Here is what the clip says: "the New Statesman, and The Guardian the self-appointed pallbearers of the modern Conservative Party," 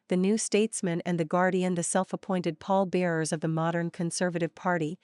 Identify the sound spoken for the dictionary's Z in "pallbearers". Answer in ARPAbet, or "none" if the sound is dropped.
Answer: Z